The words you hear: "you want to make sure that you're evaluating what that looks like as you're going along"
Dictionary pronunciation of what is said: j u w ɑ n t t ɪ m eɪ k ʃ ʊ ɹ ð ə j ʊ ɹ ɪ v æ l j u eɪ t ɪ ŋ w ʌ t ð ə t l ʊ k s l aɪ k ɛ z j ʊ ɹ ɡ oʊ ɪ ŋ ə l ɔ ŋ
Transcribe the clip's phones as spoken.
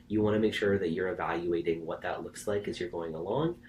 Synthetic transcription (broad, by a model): j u w ɑ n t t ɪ m eɪ k ʃ ʊ ɹ ð ə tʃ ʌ ɹ ɪ v æ l j u eɪ t ɪ ŋ w ʌ t ð ə t l ʊ k s l aɪ k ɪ z j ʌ ɹ ɡ oʊ ɪ ŋ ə l ɔ ŋ